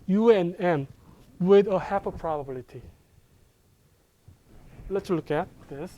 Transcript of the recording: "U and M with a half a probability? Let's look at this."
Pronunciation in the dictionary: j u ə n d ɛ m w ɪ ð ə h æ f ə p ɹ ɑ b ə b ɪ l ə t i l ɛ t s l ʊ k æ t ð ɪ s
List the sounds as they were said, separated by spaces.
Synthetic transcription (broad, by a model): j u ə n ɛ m w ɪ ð ə h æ p ə p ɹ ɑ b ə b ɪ l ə t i l ɛ t s l ʊ k æ t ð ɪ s